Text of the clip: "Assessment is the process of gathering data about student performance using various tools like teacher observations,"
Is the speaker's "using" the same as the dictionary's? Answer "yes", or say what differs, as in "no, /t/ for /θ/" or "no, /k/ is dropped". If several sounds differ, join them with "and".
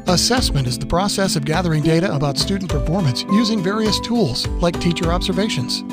yes